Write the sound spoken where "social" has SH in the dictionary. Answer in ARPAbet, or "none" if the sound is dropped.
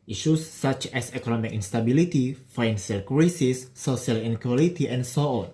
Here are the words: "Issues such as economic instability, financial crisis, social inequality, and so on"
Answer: none